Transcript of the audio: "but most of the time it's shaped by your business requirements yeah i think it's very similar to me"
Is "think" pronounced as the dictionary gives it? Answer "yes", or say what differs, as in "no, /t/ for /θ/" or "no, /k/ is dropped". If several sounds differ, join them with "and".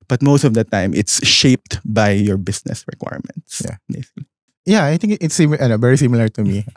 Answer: no, /t/ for /θ/